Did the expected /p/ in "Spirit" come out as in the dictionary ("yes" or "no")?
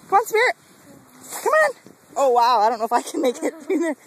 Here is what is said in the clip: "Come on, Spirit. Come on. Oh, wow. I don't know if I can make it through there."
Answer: no